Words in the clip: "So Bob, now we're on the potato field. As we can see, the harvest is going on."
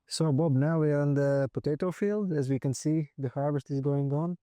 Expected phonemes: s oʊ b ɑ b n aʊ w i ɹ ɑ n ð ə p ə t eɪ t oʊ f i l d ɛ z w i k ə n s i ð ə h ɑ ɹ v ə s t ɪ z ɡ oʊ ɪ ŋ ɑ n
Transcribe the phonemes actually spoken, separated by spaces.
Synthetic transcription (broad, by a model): s oʊ b ɑ b n aʊ w i ɹ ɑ n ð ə p ə t eɪ t oʊ f i l d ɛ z w i k ə n s i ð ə h ɑ ɹ v ə s t ɪ z ɡ oʊ ɪ ŋ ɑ n